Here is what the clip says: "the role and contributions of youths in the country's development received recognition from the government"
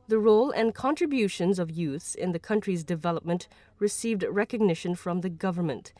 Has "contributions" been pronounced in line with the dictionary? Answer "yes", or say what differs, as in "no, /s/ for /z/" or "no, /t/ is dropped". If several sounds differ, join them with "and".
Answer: yes